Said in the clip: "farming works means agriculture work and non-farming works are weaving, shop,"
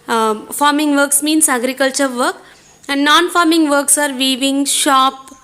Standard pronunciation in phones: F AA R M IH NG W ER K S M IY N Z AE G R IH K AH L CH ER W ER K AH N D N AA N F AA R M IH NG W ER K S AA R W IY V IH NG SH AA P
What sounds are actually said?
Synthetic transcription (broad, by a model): F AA R M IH NG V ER K S M IY N S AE G R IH K AH L CH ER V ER K AH N D N AA N F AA R M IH NG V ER K S AA R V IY V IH NG SH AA P